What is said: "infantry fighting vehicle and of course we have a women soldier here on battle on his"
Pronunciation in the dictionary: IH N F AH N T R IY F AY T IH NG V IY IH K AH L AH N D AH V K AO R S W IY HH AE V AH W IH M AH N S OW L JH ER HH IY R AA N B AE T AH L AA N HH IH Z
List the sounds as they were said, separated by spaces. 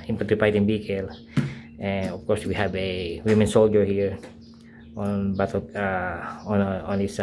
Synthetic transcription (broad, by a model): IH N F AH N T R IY P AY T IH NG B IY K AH L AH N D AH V K AO R S W IY HH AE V AH W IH M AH N S OW L JH ER HH IY R AA N B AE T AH N AA N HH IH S